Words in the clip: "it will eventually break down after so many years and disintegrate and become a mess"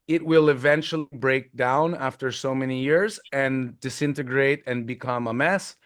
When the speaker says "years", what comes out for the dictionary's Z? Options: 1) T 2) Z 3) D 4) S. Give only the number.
2